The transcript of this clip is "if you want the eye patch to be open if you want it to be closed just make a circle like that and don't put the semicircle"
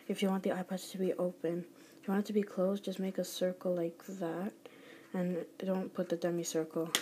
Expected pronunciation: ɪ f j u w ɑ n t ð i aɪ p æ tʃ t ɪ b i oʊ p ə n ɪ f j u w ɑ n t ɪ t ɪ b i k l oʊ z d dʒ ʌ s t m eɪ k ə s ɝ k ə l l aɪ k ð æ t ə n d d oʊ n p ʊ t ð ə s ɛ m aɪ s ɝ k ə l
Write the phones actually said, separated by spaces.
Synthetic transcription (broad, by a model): ɪ f j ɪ w ɑ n ð i aɪ p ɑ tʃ t ɪ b i oʊ p ə n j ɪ w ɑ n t ɪ t ɪ b i k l oʊ s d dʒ ʌ s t m eɪ k ə s ɝ k l l aɪ k ð æ t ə n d d oʊ n p ʊ t ð ə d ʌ m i s ɝ k l